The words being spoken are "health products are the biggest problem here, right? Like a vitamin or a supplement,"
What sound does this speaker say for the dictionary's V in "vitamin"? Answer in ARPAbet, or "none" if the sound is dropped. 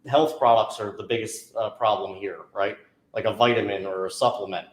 V